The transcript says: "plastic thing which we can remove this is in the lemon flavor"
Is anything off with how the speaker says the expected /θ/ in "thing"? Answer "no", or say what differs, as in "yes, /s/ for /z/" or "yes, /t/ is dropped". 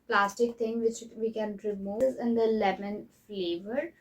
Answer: yes, /t/ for /θ/